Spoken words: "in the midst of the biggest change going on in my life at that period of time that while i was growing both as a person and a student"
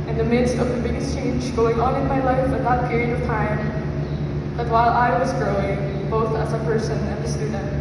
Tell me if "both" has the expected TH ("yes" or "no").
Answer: yes